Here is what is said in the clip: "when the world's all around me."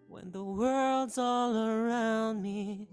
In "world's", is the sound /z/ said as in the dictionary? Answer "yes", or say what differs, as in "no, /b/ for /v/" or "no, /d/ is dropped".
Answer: yes